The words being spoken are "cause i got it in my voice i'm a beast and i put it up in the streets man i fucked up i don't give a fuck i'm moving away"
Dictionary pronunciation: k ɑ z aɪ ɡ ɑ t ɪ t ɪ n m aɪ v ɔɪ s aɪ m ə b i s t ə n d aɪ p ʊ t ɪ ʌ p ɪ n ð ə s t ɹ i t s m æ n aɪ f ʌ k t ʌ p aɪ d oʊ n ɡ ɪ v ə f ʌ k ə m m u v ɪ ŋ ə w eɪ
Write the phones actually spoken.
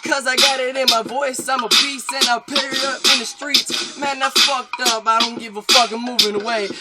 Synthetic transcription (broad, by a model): k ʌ z aɪ ɡ ɑ t ɪ t ɪ n m aɪ v ɔɪ s aɪ m ə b i s ə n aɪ p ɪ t ɪ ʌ ɪ n ð ə s t ɹ i t s m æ n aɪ f ʌ k t ʌ p aɪ d oʊ n ɡ ɪ v ə f ʌ k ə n m u v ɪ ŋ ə w eɪ